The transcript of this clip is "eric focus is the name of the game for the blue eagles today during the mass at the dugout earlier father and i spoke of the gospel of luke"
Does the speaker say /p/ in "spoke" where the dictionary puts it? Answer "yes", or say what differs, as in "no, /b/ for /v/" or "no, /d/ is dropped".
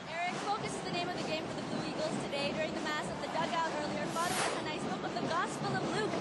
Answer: no, /b/ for /p/